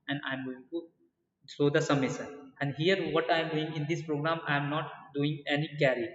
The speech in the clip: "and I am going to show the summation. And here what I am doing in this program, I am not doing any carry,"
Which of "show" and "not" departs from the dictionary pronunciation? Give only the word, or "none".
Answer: show